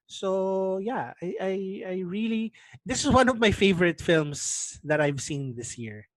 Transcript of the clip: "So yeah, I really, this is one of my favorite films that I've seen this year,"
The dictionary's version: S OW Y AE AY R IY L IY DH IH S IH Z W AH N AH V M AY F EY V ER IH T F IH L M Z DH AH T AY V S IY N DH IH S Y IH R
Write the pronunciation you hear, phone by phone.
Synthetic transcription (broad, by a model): S OW Y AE AY R IY L IY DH IH S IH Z W AH N AH V M AY F EY V ER IH T F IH L M S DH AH T AY V S IY N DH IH S Y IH R